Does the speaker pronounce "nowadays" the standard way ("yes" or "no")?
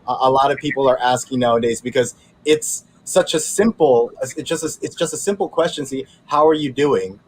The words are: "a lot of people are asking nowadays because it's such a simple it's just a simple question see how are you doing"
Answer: yes